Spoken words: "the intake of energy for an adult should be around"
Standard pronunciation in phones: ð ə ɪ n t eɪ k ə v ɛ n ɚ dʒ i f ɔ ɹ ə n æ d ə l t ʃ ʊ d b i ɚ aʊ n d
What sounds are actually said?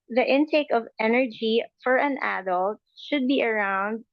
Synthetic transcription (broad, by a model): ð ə ɪ n t eɪ k ə v ɛ n ɚ dʒ i f ɔ ɹ ə n æ d ə l t ʃ ʊ d b i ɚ aʊ n d